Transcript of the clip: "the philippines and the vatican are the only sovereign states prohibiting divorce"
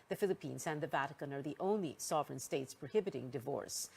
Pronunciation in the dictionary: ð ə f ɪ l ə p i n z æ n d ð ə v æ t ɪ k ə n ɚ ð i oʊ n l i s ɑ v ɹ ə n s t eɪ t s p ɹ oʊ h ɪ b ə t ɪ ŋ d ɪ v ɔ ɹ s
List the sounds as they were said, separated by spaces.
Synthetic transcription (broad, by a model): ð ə f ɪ l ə p i n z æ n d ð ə v æ t ɪ k ə n ɚ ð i oʊ n l i s ɑ v ɹ ə n s t eɪ t s p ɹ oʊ h ɪ b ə t ɪ ŋ d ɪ v ɔ ɹ s